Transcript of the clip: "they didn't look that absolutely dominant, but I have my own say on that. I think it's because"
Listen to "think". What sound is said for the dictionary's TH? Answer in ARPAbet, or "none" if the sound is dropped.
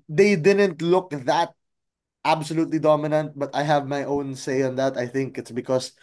TH